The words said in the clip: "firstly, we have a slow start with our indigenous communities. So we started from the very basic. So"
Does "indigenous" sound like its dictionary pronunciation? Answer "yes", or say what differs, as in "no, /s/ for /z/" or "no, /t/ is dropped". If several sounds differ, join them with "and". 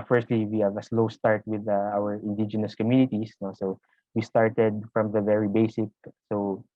yes